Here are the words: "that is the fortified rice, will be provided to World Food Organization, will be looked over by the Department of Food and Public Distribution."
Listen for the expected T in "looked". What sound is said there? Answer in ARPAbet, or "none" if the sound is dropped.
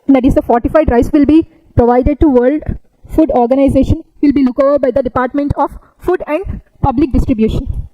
none